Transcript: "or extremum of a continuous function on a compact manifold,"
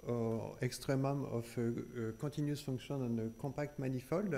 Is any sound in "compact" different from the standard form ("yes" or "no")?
yes